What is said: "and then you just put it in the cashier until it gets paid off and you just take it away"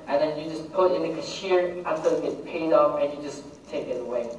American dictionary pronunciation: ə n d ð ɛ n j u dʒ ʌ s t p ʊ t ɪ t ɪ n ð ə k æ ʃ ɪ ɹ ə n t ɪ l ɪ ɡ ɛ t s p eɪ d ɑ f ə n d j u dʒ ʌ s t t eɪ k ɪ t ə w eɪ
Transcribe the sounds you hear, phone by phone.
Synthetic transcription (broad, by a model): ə n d ð ɛ n j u dʒ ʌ s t p ʊ t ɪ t ɪ n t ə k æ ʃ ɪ ɹ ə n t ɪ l ɪ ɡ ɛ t p eɪ d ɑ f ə n j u dʒ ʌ s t t eɪ k ɪ t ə w eɪ